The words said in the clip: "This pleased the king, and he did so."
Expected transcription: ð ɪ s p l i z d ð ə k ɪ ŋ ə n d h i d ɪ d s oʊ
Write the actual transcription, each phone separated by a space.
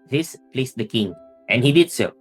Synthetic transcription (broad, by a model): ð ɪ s p l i s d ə k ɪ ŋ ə n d h i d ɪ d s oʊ